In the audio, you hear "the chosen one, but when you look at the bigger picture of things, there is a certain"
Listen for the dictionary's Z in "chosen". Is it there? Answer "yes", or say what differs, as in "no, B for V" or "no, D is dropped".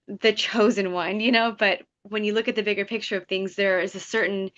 yes